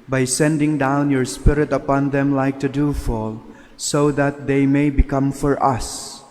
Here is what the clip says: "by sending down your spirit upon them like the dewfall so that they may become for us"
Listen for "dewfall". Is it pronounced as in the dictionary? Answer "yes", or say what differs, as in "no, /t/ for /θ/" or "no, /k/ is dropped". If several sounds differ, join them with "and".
yes